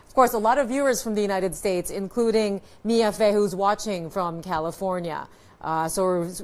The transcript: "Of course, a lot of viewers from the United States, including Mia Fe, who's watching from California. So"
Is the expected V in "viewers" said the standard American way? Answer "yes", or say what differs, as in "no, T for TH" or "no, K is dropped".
yes